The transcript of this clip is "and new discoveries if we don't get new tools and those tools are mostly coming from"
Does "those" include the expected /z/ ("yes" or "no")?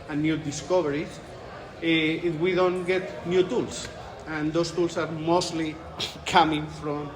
no